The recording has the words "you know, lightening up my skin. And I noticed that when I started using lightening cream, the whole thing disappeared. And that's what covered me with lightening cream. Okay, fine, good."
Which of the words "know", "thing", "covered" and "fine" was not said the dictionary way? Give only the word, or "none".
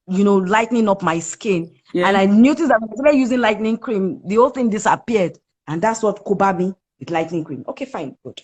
covered